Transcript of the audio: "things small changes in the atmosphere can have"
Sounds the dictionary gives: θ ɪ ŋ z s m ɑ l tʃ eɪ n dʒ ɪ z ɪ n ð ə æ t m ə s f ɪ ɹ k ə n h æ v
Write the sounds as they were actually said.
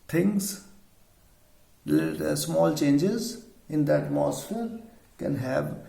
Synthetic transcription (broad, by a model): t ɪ ŋ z s m ɑ l tʃ eɪ n dʒ ɪ z ɪ n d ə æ t m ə s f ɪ ɹ k ə n h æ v